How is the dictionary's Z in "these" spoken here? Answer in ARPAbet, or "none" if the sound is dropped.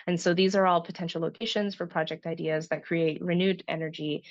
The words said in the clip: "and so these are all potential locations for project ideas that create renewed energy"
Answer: Z